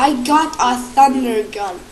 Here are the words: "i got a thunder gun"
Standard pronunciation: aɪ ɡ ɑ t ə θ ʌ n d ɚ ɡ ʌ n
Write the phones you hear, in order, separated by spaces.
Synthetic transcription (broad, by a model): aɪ ɡ ɑ t ə s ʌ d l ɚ ɡ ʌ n